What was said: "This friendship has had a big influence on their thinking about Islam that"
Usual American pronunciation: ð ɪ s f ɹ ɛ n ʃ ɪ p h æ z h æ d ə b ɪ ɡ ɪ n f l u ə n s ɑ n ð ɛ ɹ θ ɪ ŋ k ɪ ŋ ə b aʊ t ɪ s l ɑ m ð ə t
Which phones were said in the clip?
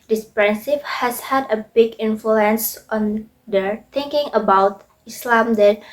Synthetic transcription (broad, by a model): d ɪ s p ɹ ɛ n s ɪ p h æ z h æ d ə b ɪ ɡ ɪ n f l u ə n s ɑ n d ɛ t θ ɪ ŋ k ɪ ŋ ə b aʊ t ɪ s l ɑ m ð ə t